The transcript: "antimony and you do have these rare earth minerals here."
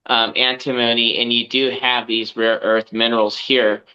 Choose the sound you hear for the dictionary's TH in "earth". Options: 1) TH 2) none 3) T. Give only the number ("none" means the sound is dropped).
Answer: 1